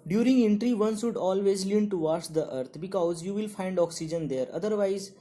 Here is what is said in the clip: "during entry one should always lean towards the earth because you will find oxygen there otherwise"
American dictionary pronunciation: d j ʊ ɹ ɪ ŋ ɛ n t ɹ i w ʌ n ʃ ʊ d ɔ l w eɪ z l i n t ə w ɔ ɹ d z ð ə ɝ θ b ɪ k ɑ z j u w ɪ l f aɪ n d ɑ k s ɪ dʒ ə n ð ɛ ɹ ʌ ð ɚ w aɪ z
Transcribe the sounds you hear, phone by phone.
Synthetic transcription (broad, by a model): d j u ɹ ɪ ŋ ɛ n t ɹ i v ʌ n s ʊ d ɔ l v eɪ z l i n t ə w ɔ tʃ d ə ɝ t b ɪ k ɑ z j u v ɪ l f aɪ n d ɑ k s ɪ dʒ ə n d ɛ ɹ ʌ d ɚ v aɪ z